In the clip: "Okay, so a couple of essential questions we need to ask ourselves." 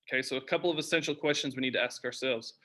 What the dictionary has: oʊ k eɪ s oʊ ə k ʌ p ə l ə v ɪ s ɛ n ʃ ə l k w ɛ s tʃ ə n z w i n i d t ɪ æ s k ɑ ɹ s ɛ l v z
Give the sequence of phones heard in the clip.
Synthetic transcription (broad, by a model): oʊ k eɪ s oʊ ə k ʌ p l ə v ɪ s ɛ n ʃ l k w ɛ s tʃ ə n z w i n i d t ɪ æ s k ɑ ɹ s ɛ l v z